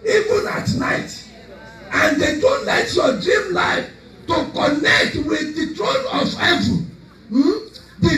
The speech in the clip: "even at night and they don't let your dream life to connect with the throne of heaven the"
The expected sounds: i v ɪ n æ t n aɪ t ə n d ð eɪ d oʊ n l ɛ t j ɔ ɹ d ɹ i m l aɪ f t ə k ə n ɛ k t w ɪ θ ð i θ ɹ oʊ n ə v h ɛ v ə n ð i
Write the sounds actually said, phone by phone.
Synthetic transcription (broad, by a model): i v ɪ n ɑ t n aɪ t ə n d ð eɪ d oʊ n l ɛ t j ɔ d ɹ i m l aɪ f t ə k ə n ɛ k t w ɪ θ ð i t ɹ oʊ n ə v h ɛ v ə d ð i